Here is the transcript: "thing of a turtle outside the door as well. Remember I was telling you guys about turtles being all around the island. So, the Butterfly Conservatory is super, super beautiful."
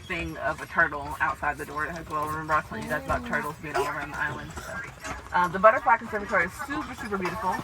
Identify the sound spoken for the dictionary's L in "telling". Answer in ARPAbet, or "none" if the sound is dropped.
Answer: none